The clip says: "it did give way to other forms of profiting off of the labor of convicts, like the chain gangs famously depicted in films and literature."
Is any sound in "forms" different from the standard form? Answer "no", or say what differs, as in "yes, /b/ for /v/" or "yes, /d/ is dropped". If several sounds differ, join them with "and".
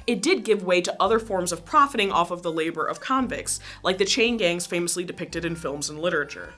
no